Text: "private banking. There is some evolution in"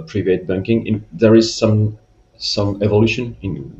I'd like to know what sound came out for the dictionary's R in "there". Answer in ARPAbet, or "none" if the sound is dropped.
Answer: R